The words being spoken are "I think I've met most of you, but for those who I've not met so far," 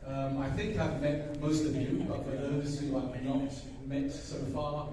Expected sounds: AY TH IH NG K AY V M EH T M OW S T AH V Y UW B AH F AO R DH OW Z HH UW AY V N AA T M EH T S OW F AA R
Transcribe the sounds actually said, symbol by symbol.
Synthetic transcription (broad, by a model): AY TH IH NG K AY V M EH T M OW S T AH V Y UW B AH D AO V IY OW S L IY AY V N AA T M EH T S OW F AA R